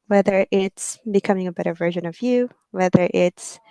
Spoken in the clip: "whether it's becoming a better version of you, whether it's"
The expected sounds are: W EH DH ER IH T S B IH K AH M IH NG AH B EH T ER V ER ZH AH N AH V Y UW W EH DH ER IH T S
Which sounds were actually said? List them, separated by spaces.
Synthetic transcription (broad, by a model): W EH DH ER IH T S B IH K AH M IH NG AH B EH T ER V ER ZH AH N AH V Y UW W EH DH ER IH T S